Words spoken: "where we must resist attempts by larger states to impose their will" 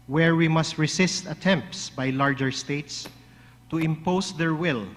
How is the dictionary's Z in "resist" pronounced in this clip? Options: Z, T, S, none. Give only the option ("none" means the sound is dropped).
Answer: S